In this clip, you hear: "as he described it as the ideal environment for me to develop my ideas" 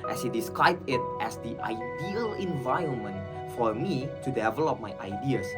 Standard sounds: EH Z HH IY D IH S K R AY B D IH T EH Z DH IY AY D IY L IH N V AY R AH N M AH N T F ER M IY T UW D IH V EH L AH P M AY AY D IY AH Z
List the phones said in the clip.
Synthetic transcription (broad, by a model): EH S HH IY D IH S K R AY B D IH T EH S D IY AY D IY L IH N V AY R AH N M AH N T F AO M IY T UW D IH V EH L AH P M AY AY D IY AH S